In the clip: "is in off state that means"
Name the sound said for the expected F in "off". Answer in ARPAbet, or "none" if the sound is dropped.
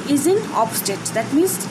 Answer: P